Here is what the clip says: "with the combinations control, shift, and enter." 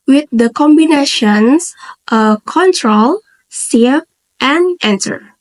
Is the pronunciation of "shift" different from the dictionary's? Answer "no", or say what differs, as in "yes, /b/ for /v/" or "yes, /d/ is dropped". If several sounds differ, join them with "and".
yes, /s/ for /ʃ/